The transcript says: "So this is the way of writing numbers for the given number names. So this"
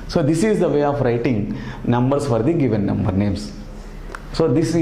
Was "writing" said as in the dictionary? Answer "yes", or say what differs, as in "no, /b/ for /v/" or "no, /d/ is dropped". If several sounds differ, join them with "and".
yes